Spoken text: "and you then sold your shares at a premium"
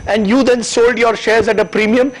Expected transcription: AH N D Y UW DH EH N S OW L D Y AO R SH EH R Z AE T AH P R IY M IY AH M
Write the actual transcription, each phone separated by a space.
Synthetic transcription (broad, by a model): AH N D Y UW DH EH N S OW L D Y AO R SH EH R Z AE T AH P R IY M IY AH M